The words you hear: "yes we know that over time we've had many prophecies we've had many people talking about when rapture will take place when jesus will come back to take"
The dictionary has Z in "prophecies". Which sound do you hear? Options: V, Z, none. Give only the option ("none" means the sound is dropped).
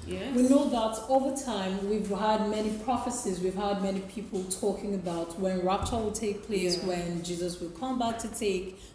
Z